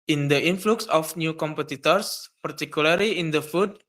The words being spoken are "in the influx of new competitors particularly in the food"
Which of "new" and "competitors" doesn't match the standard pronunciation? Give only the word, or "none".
competitors